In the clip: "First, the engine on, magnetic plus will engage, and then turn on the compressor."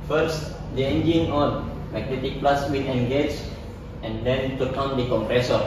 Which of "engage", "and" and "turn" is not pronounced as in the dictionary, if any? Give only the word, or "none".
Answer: turn